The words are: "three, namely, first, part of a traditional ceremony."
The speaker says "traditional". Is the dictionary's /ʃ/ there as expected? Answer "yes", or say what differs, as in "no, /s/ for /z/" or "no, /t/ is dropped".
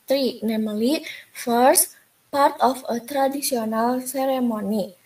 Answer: no, /s/ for /ʃ/